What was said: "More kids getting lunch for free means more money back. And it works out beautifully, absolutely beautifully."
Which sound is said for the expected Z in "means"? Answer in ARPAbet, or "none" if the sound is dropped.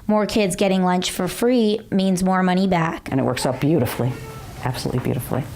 Z